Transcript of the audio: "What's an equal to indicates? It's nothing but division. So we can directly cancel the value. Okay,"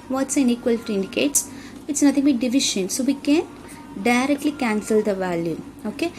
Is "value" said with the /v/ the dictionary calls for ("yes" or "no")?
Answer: yes